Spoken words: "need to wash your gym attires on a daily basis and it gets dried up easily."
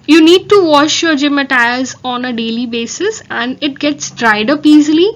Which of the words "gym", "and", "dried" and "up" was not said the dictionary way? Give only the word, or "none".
none